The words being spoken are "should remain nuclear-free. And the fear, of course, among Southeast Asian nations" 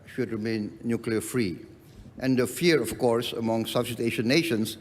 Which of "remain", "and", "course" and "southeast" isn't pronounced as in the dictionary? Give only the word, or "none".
southeast